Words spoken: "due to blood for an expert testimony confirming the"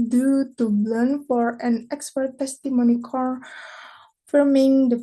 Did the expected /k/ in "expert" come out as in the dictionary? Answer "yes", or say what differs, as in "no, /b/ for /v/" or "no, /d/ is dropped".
yes